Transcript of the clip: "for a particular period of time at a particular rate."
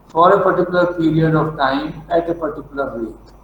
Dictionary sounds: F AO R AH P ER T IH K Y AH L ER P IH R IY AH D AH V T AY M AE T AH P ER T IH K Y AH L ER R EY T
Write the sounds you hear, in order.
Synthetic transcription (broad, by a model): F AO R AH P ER T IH K Y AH L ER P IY L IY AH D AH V T AY M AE T AH P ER T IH K Y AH L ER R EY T